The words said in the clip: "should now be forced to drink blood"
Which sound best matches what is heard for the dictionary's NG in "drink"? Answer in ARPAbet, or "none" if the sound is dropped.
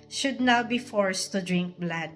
NG